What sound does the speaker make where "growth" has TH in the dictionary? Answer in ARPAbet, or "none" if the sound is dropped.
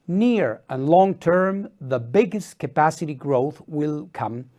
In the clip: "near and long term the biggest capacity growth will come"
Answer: TH